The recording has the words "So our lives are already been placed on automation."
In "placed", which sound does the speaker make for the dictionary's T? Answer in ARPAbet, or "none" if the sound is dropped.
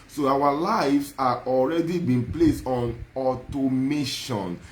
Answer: T